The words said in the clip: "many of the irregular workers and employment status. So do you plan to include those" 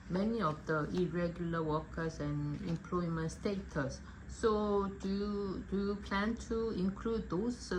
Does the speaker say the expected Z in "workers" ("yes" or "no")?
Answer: no